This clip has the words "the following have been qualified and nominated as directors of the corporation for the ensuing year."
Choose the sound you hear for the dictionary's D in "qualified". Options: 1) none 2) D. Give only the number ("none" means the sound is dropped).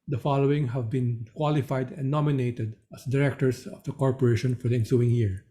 2